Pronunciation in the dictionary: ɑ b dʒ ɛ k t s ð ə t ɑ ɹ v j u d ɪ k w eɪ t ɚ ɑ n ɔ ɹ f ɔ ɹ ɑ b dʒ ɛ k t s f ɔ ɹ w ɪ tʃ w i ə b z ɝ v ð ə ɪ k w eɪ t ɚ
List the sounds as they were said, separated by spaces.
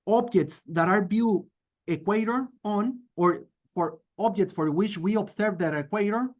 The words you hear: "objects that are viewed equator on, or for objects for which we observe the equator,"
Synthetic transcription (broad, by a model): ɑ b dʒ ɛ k t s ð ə t ɑ ɹ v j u ɪ k w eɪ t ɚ ɑ n ɔ ɹ f ɔ ɹ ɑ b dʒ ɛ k t s f ɔ ɹ w ɪ tʃ w i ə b s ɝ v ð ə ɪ k w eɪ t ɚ